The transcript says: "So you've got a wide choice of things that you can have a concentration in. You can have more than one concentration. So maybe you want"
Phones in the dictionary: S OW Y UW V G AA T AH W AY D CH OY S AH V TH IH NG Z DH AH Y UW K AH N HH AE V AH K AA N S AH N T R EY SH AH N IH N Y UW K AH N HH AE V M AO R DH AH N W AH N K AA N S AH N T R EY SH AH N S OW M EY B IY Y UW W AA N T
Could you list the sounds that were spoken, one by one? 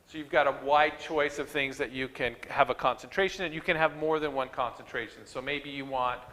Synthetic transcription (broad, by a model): S OW Y UW V G AA T AH W AY D CH OY S AH V TH IH NG Z DH AH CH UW K AH N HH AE V AH K AA N S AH N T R EY SH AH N IH N Y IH K AH N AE V M AO R DH AH N W AH N K AA N S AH N T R EY SH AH N S OW M EY B IY Y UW W AA N T